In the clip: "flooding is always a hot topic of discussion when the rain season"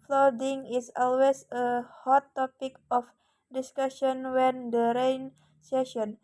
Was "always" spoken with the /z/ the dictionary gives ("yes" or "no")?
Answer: no